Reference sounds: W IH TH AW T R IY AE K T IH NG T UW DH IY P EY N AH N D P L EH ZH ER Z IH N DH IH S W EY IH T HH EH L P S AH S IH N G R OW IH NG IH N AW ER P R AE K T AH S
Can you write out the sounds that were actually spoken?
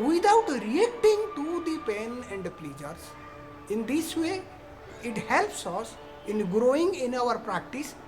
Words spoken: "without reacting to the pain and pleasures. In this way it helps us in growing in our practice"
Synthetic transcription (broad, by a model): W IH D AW T R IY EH K T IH NG T UW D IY P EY N AH N D P L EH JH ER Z IH N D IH S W EY IH T HH EH L P S AH S IH N G R OW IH NG IH N AW ER P R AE K T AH S